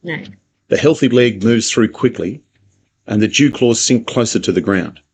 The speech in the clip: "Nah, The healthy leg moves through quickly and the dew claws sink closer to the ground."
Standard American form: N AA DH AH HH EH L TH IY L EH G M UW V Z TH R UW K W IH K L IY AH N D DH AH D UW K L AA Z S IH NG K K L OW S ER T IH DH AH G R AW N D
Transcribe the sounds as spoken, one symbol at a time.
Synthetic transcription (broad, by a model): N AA DH AH HH EH L TH IY L EH G M UW V Z TH R UW K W IH K L IY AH N DH AH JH UW K L AA Z S IH NG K K L OW S ER T IH DH AH G R AW N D